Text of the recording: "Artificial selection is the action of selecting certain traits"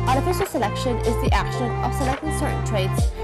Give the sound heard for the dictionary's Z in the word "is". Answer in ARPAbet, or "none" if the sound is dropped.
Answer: Z